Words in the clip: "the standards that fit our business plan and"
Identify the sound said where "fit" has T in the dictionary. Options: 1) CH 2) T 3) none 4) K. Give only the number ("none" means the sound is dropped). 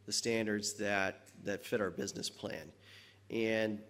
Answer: 2